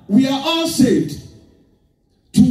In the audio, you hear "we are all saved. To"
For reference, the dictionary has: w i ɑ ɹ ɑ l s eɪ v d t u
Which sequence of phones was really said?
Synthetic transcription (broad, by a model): w i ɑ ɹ ɑ l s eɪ d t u